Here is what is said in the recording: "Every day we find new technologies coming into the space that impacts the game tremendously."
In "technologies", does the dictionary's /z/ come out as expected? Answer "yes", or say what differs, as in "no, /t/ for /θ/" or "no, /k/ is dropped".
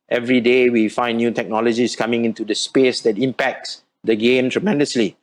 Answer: no, /s/ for /z/